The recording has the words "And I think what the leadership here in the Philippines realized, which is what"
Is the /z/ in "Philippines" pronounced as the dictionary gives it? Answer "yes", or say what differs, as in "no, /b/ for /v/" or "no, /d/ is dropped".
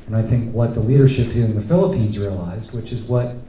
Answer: yes